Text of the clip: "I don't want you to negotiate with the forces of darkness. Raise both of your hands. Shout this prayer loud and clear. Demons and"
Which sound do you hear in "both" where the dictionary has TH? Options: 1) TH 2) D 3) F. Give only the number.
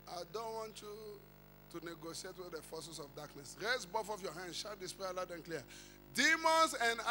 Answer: 3